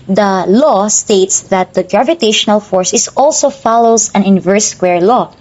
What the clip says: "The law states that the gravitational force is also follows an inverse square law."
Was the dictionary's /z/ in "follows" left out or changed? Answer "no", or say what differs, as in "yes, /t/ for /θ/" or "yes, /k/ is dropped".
yes, /s/ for /z/